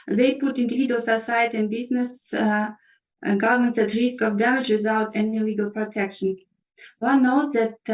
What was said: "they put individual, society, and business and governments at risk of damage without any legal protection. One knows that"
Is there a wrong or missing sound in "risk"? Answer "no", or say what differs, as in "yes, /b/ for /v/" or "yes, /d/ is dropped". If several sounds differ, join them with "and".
no